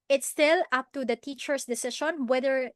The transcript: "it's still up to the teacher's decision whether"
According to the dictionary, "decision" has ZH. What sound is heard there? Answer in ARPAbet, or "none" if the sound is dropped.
SH